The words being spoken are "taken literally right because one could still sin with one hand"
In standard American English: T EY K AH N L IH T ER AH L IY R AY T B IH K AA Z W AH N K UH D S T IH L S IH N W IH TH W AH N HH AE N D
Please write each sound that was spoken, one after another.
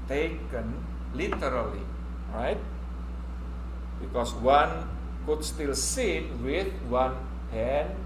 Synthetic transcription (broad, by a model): T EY K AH N L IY T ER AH L IY R AY T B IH K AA S W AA N K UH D S T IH L S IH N W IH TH W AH N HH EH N